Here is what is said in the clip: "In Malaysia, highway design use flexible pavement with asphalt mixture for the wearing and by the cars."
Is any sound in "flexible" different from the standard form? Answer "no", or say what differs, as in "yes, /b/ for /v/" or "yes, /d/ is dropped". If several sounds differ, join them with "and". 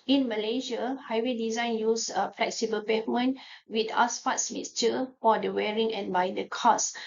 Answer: no